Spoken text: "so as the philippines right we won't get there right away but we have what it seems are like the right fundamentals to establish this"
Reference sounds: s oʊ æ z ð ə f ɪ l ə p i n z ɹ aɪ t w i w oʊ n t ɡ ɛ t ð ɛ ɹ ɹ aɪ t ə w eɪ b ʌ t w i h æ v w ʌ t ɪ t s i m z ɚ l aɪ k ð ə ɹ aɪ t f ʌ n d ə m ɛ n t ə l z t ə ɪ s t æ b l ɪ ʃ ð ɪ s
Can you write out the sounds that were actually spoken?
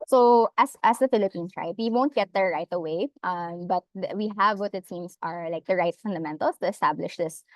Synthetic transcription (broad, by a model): s oʊ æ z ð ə f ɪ l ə p i n s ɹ aɪ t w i w oʊ n t ɡ ɛ t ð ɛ ɹ ɹ aɪ t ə w eɪ b ʌ t w i h æ v w ʌ t ɪ t s i m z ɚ l aɪ k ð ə ɹ aɪ t f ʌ n d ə m ɛ n t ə l s t ə ɪ s t æ b l ɪ ʃ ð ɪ s